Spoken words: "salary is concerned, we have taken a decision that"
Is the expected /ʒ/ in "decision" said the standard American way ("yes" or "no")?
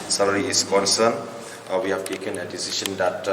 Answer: no